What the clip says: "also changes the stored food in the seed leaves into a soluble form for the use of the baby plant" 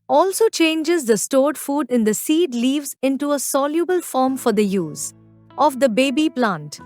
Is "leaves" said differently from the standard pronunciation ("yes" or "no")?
no